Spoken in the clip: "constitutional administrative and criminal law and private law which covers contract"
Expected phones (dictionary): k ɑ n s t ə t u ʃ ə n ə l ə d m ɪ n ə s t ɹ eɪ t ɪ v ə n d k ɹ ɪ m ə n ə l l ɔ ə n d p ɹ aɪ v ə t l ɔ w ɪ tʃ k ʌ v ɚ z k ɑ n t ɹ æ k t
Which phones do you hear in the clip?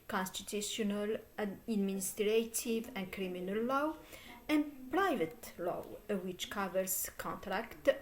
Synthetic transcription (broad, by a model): k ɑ n s t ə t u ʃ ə n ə l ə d m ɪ n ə s t ɹ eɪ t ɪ v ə n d k ɹ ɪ m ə n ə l l ɔ ə n d p ɹ aɪ v ə t l ɔ w ɪ tʃ k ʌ v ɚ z k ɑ n t ɹ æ k t